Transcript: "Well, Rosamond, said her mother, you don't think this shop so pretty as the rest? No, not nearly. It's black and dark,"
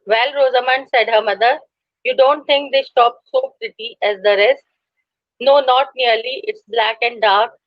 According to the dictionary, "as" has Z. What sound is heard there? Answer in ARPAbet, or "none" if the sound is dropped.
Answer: Z